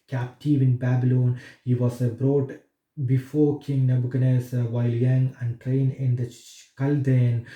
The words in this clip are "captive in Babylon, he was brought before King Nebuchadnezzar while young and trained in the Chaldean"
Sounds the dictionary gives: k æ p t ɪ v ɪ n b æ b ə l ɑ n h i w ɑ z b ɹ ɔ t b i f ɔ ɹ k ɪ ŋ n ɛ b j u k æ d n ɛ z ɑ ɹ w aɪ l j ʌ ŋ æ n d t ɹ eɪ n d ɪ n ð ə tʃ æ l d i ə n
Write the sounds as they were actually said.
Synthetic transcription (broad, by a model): k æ p t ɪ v ɪ n b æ b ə l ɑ n h i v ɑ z b ɹ ɔ t b i f ɔ ɹ k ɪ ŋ n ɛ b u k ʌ n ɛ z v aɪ l j ʌ ŋ æ n d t ɹ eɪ n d ɪ n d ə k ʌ l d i n